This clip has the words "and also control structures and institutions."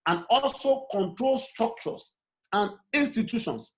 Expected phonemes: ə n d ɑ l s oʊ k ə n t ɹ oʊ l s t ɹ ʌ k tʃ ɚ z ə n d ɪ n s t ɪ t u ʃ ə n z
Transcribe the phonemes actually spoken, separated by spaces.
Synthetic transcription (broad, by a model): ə n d ɑ l s oʊ k ə n t ɹ oʊ l s t ɹ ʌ k tʃ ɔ s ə n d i n s t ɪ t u ʃ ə n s